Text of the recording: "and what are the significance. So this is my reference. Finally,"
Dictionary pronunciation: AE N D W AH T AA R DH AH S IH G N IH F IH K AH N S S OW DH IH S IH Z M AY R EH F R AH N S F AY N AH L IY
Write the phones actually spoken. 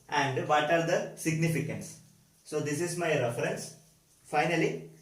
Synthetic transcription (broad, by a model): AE N D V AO T AA R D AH S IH G N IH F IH K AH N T S OW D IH S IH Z M AY R EH F R AH N S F AY N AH L IY